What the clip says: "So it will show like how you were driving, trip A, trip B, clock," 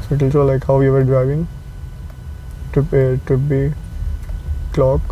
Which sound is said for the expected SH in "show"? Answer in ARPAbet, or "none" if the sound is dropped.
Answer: S